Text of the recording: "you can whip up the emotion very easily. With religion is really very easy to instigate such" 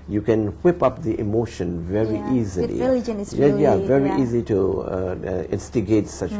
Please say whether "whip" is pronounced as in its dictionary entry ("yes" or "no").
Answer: yes